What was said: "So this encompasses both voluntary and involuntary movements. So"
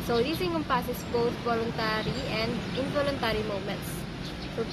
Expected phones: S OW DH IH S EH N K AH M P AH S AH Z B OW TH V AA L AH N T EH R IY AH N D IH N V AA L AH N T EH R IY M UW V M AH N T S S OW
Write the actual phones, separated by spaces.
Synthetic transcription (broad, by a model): S OW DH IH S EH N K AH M P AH S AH S B OW TH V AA L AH N T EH R IY AH N D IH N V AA L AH N T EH R IY M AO M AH N T S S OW